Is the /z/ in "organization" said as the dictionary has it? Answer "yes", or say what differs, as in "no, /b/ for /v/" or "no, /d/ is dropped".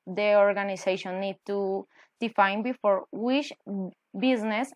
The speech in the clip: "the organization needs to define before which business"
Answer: no, /s/ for /z/